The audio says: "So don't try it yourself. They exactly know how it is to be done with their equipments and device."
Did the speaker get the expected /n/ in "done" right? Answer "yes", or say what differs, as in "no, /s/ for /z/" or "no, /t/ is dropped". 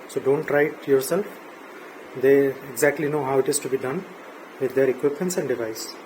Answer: yes